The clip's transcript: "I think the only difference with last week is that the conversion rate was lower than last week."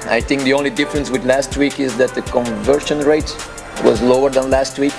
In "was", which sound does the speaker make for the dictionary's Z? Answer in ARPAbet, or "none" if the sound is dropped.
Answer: Z